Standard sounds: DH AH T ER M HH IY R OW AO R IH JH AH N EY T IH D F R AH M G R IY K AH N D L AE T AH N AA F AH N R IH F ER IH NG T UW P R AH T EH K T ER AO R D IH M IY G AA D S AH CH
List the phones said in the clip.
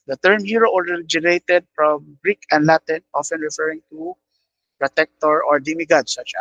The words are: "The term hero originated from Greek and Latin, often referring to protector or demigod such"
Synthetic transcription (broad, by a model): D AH T ER M HH IY R OW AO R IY JH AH N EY T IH D F R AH M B R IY K AH N D L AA T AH N AA F AH N R IH F ER IH NG T UW P R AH T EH K T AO AO R D IH M IY G AA D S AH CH